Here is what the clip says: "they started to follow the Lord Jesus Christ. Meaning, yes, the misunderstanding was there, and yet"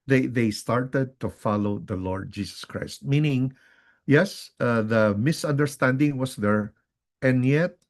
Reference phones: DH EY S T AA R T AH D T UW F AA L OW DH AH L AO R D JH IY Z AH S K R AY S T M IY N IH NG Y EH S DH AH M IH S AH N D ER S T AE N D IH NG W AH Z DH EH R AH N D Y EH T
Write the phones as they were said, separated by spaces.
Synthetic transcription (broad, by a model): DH EY S T AA R T AH D T UW F AA L OW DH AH L AO R D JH IY S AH S K R AY S T M IY N IH NG Y EH S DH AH M IH S AH N D ER S T AE N D IH NG W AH S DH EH R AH N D Y EH T